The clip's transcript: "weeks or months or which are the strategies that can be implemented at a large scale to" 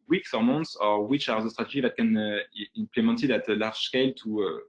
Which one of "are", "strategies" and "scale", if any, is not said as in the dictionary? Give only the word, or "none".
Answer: strategies